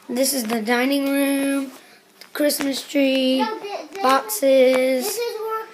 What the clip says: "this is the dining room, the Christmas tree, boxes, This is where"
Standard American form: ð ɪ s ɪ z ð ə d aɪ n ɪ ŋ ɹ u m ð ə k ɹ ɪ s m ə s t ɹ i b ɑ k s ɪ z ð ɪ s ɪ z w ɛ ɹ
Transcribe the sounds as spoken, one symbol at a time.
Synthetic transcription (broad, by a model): ð ɪ s ɪ z ð ə d aɪ n ɪ ŋ ɹ u m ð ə k ɹ ɪ s m ə s t ɹ i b ɑ k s s ɪ z